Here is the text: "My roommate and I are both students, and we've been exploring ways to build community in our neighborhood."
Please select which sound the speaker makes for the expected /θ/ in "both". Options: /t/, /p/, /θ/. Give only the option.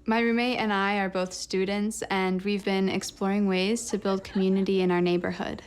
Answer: /θ/